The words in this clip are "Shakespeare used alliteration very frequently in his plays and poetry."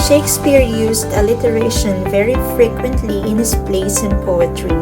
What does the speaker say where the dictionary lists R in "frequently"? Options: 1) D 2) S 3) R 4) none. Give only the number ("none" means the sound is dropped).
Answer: 3